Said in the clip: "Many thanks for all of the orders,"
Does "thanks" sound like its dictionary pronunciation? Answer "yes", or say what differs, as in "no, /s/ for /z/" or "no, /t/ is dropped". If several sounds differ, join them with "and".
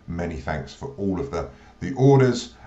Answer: yes